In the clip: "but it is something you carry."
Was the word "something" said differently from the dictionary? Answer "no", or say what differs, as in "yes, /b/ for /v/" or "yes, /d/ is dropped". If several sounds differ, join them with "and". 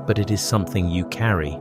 no